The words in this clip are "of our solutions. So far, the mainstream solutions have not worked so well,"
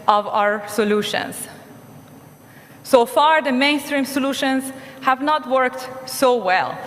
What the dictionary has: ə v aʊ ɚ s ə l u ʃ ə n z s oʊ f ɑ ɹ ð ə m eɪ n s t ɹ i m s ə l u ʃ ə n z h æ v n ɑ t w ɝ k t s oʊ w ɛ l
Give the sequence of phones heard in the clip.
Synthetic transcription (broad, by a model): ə v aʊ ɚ s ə l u ʃ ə n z s oʊ f ɑ ɹ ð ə m eɪ n s t ɹ i m s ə l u ʃ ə n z h æ v n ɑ t w ɝ k t s oʊ w ɛ l